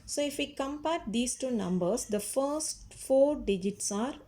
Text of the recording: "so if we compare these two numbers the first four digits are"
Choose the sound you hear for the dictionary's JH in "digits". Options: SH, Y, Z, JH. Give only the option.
JH